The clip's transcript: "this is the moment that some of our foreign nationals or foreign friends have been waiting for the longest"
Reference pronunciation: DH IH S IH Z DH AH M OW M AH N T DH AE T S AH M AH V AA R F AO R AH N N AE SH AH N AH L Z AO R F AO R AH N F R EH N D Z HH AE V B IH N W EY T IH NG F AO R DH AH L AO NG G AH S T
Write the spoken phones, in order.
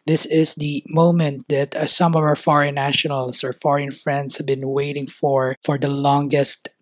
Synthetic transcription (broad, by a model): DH IH S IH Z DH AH M OW M AH N T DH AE T S AH M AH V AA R F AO R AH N N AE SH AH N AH L S AO R F AO R AH N F R EH N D S HH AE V B IH N W EY T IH NG F AO R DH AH L AO NG G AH S T